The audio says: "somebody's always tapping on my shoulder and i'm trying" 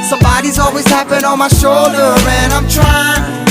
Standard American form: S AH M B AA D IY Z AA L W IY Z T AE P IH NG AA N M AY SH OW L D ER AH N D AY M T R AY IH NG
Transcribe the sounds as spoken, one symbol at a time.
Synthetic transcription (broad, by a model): S AH M B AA D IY Z AA L W IY Z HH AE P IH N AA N M AY SH OW L D ER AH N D AY M T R AY IH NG